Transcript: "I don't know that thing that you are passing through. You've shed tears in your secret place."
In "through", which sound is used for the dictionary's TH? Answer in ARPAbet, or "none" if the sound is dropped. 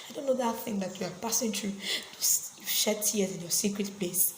T